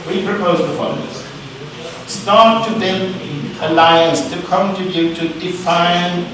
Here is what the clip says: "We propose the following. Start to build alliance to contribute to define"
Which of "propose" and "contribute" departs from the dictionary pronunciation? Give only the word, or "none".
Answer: contribute